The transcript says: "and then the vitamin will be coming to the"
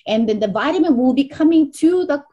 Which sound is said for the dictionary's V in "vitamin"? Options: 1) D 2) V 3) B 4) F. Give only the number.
2